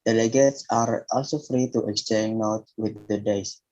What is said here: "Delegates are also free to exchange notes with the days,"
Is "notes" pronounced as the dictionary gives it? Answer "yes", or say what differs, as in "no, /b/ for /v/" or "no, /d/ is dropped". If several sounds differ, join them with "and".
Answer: no, /s/ is dropped